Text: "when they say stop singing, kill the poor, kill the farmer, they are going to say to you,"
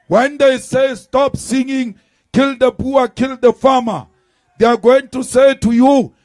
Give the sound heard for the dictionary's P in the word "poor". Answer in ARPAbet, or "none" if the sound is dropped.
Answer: B